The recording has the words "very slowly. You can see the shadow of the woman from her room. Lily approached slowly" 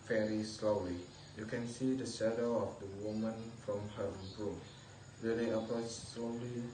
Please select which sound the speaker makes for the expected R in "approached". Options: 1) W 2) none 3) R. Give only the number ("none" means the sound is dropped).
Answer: 2